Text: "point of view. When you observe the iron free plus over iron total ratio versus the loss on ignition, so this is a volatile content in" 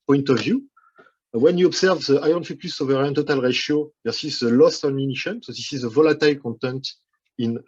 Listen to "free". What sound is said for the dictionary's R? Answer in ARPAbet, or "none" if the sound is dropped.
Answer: none